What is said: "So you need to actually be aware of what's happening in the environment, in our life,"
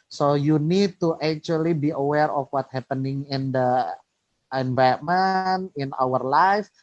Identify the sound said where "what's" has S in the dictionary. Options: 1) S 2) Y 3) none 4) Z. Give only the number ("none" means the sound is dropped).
3